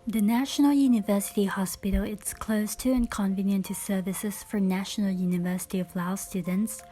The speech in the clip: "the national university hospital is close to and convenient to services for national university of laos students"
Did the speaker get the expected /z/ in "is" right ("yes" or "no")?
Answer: no